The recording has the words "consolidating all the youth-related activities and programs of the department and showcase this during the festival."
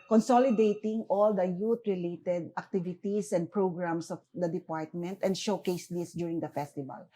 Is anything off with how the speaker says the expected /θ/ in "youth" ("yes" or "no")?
yes